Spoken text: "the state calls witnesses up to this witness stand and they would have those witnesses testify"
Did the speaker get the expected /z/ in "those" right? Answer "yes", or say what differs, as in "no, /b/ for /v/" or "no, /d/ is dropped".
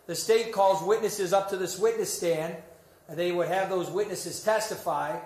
yes